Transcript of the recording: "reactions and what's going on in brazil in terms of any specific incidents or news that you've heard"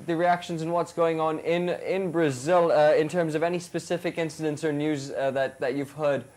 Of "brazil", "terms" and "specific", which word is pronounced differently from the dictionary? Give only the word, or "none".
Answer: none